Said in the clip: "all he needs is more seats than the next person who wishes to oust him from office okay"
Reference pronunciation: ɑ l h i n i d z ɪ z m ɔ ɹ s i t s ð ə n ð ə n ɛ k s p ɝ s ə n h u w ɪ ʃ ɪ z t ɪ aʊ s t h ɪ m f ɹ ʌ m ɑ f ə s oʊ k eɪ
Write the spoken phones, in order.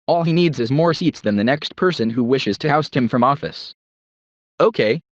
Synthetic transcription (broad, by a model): ɑ l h i n i d z ɪ z m ɔ ɹ s i t s ð ə n ð ə n ɛ k s p ɝ s ə n h u w ɪ ʃ ɪ z t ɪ aʊ s t h ɪ m f ɹ ʌ m ɑ f ə s oʊ k eɪ